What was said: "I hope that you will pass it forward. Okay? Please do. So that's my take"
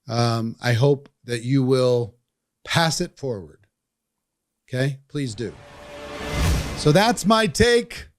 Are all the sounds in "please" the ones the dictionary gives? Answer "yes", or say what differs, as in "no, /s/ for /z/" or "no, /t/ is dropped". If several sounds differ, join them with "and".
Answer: yes